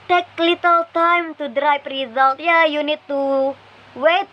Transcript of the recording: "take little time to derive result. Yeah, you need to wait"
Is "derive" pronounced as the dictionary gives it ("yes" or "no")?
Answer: no